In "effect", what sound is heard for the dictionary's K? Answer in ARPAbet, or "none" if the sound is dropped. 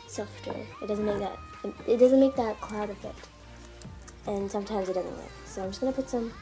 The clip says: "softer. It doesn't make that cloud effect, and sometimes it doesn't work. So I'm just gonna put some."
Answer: none